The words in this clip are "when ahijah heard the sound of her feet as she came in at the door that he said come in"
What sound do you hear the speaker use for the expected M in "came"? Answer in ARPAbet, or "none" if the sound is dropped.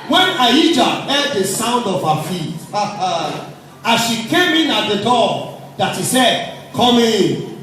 M